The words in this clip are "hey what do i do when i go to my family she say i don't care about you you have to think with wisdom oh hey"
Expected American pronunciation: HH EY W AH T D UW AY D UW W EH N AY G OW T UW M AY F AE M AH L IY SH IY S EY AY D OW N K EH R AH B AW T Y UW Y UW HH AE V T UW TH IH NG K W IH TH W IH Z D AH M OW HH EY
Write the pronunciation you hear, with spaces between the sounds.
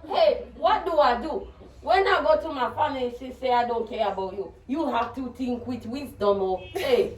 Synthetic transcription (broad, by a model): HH EY W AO T D UW AY D UW W EH N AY G OW T UW M AY F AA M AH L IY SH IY S EY AY D OW N K EH R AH B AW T Y UW Y UW HH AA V T UW T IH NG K W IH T W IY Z D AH M OW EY